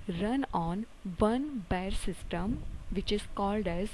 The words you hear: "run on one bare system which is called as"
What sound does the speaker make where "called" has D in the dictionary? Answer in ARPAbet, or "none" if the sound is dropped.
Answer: D